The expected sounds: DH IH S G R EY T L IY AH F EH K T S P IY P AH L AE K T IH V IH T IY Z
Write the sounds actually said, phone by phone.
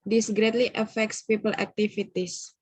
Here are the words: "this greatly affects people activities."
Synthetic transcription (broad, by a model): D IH S G R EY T L IY AH F EH K T S P IY P AH L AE K T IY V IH T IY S